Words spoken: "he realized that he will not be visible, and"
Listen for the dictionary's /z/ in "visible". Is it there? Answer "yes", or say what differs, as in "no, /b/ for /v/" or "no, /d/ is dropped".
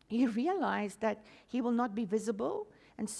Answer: yes